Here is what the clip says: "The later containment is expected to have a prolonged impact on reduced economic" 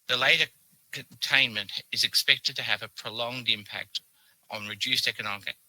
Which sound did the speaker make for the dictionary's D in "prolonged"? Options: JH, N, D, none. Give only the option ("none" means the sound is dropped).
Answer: D